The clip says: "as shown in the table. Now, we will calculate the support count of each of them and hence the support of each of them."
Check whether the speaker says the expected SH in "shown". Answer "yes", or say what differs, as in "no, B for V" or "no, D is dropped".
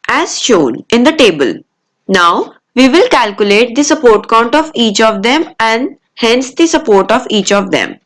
yes